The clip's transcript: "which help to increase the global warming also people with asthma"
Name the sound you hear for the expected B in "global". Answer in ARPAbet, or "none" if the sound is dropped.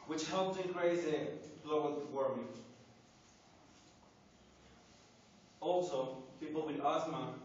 none